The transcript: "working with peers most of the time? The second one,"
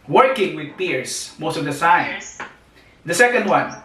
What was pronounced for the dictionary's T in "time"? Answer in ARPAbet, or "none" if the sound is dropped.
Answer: S